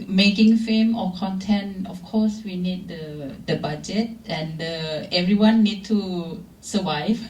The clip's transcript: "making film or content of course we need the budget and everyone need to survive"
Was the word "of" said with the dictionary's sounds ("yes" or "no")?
no